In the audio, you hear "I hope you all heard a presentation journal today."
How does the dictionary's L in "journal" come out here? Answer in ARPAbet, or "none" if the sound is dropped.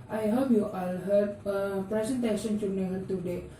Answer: N